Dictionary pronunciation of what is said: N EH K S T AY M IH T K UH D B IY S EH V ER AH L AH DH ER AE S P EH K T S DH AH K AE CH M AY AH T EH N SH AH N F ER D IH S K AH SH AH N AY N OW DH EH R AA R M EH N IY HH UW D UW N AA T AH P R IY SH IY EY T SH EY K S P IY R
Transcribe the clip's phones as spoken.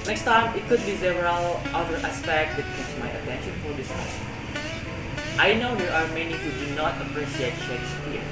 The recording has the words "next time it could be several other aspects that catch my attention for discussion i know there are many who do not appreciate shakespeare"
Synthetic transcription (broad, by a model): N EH K S T AY M IH T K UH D B IY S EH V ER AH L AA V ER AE S P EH K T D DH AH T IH S M AY AH T EH N SH AH N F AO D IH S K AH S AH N AY N OW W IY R AA R M EH N IY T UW D UW N AA T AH P R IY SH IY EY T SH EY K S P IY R